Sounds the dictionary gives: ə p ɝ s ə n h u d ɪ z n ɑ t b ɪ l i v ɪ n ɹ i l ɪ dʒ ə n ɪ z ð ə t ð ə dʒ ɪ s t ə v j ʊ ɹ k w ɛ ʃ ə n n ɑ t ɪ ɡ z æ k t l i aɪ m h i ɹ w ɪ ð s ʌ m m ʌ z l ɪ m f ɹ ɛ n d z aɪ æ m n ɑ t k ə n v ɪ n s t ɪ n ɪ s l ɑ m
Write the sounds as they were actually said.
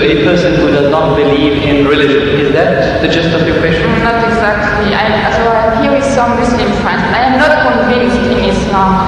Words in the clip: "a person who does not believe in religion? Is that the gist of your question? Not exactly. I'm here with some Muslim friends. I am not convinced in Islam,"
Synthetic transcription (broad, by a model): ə p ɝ s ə n h u d ɪ z n ɑ t b ɪ l i v ɪ n ɹ i l ɪ dʒ ə n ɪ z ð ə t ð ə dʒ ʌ s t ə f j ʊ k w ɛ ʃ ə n n ɑ t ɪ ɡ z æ k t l i aɪ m h i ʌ w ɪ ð s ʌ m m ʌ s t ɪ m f ɛ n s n aɪ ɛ m n ɑ t k ə n v ɪ n s t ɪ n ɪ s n ɑ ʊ